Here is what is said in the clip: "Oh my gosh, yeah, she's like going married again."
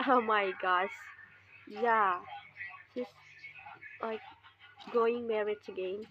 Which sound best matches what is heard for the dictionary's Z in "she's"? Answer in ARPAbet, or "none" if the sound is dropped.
S